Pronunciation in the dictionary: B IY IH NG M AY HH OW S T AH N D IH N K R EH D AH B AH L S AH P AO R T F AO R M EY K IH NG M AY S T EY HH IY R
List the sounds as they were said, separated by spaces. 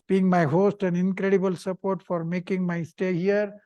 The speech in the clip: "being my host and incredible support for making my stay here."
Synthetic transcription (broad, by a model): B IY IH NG M AY HH OW S T AH N D IH N K R EH D AH B AH L S AH P AO R T F AO R M EY K IH NG M AY S T EY HH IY R